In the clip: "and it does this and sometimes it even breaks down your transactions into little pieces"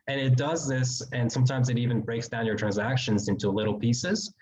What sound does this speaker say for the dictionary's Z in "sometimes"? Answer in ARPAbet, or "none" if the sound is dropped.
Z